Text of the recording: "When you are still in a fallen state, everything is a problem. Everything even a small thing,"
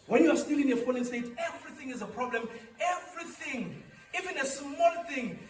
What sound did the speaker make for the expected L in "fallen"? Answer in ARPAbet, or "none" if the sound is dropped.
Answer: N